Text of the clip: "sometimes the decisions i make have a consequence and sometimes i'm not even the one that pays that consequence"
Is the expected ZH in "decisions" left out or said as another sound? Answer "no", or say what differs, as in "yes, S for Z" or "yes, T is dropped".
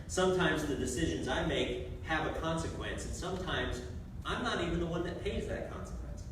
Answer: no